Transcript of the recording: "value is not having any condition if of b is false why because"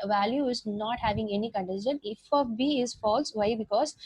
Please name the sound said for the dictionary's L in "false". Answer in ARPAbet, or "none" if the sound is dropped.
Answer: L